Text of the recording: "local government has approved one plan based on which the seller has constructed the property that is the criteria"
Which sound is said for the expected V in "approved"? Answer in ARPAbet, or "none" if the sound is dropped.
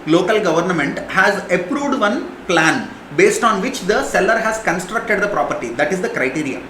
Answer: V